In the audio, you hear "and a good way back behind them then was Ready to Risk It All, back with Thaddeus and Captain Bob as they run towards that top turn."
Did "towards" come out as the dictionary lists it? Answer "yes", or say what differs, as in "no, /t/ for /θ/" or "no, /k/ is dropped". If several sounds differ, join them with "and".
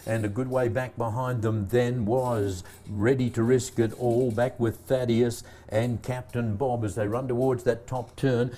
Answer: yes